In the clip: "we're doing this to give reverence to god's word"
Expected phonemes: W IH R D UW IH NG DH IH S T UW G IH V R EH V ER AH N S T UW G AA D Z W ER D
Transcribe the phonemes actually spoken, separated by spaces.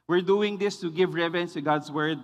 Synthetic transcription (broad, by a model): W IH R D UW IH NG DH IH S T UW G IH V R EH V ER AH N S T UW G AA D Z W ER D